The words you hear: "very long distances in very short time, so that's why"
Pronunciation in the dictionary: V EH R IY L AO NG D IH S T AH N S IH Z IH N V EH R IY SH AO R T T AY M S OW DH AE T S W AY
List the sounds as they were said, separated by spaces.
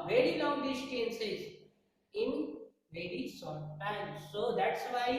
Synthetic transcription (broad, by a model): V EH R IY L AO NG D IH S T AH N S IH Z IH N V EH R IY S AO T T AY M S OW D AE T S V AY